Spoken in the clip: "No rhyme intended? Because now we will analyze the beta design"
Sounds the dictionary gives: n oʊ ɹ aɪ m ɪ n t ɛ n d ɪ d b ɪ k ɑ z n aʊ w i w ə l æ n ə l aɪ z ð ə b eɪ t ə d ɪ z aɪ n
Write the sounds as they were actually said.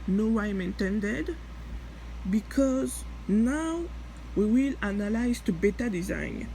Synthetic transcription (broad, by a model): n oʊ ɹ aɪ m ɪ n t ɛ n d ɪ d b ɪ k ɑ z n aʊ w i w ə l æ n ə l aɪ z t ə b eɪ t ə d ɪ z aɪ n